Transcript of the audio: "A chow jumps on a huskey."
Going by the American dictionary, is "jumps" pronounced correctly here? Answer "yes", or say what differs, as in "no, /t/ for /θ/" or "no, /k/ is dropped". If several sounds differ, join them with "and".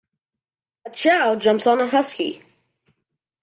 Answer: no, /p/ is dropped